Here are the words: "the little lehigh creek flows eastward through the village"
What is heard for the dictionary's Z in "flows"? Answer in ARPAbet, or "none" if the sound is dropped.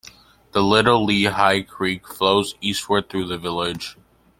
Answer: Z